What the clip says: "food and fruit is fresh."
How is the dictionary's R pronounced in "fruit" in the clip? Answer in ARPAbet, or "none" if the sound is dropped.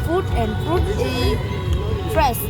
none